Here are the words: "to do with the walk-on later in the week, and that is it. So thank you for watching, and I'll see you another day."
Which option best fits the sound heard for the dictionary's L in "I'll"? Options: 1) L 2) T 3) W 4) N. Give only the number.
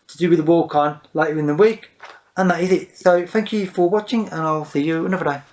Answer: 1